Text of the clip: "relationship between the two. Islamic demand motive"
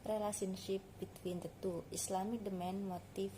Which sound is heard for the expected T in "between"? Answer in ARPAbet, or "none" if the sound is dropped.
T